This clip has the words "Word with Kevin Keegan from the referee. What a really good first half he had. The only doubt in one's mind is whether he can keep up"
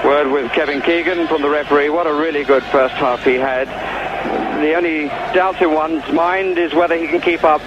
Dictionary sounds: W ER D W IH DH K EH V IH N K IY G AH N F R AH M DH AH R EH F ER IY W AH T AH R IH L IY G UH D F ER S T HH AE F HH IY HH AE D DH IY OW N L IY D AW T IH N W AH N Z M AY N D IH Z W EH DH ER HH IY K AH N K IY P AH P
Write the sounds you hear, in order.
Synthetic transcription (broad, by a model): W ER D W IH DH K EH V IH N K IY G AH N F R AH M DH AH R EH F ER IY W AH T AH R IH L IY G UH D F ER S T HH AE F HH IY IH D DH IY OW N L IY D AW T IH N W AH N Z M AY N D IH Z W EH DH ER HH IY K N K IY P AH P